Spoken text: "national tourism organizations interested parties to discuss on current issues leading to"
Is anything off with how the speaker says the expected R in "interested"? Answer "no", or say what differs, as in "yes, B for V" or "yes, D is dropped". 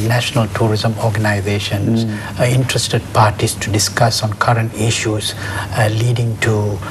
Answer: no